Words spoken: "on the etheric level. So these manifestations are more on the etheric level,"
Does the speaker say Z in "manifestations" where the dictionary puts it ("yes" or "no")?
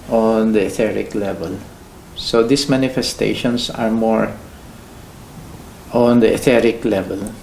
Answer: no